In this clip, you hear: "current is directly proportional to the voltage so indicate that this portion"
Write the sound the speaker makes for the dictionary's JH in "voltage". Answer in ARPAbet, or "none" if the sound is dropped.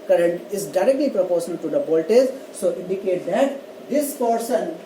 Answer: Z